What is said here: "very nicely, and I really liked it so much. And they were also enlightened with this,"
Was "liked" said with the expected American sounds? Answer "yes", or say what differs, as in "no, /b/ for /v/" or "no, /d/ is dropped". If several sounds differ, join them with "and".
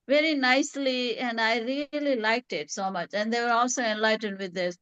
yes